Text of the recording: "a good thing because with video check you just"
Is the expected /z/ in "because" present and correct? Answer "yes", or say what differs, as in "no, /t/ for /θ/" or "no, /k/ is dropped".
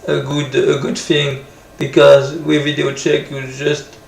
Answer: yes